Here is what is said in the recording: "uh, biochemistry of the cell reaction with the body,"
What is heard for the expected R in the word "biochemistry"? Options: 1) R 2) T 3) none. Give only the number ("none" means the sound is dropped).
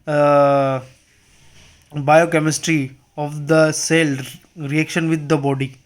1